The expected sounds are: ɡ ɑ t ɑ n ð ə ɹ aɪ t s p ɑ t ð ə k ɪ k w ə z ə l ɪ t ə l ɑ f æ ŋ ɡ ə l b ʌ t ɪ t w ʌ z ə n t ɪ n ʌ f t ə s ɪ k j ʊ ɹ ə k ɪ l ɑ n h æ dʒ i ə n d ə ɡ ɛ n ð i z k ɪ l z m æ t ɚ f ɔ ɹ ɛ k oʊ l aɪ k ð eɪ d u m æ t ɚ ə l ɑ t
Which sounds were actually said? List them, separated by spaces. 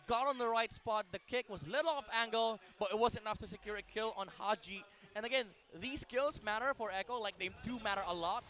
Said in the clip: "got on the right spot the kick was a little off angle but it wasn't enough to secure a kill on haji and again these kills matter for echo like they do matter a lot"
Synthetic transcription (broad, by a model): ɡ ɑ t ɑ n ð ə ɹ aɪ t s p ɑ t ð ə k ɪ k w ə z l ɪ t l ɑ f æ ŋ ɡ ə l b ʌ t ɪ t w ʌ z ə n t ɪ n ʌ f t ə s ɪ k j ʊ ɹ ə k ɪ l ɑ n h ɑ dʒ i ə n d ə ɡ ɛ n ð i s k ɪ l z m æ t ɚ f ɔ ɹ ɛ k oʊ l aɪ k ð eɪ d u m æ t ɚ ə l ɑ t